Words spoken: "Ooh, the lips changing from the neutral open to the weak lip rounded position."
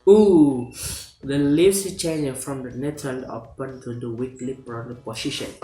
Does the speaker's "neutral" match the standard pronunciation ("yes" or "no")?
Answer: no